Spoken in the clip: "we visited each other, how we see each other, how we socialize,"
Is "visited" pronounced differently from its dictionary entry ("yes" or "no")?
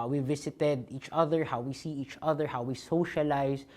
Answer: yes